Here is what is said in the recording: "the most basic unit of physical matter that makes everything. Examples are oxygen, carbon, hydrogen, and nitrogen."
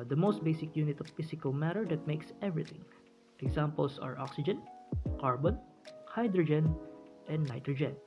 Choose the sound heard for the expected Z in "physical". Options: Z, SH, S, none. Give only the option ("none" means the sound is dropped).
S